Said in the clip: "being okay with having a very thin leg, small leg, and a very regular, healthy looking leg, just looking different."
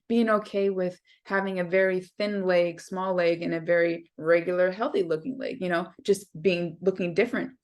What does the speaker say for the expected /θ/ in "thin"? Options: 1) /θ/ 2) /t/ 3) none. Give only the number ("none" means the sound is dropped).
1